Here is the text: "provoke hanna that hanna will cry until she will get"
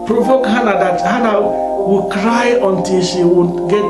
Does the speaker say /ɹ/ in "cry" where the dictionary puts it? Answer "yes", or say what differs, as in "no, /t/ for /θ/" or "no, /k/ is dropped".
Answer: yes